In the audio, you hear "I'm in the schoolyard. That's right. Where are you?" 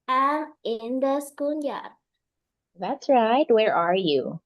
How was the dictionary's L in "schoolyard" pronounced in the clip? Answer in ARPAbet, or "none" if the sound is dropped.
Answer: N